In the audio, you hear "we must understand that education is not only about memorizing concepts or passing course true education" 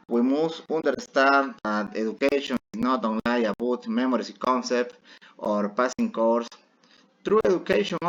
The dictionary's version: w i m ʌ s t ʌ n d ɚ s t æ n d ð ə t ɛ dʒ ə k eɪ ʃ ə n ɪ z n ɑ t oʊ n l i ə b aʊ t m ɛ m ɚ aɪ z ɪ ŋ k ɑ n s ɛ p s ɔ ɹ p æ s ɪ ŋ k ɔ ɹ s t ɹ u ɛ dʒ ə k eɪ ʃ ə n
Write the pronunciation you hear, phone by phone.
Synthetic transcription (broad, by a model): w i m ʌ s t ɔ n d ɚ s t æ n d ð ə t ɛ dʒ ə k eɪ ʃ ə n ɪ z n ɑ t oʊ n l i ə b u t m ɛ m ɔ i s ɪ k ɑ n s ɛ p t ɔ ɹ p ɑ s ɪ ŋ k ɔ ɹ s t ɹ u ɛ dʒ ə k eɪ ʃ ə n